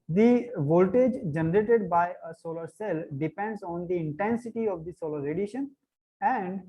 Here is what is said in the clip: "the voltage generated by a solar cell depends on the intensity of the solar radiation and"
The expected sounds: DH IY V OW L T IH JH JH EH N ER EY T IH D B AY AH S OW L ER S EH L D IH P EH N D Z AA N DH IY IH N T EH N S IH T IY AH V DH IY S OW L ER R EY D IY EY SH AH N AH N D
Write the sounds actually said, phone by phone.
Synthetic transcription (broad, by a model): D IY V OW L T IH JH JH EH N ER EY T IH D B AY AH S OW L ER S EH L D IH P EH N D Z AA N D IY IH N T EH N S IH T IY AH V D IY S OW L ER R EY D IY SH AH N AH N D